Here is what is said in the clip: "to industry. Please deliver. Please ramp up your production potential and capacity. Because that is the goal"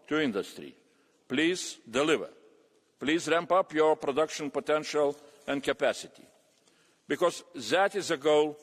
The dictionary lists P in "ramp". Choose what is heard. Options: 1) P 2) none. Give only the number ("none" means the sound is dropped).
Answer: 1